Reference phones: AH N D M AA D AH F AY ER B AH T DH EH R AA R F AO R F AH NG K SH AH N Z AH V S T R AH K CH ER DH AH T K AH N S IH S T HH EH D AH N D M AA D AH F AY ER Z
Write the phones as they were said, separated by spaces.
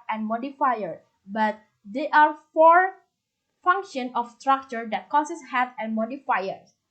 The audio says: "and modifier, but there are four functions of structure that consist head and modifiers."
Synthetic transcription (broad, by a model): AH N M AA D AH F AY ER B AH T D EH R AA R F AO R F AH NG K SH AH N AH F S T R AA K CH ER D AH T K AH S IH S HH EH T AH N M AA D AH F AY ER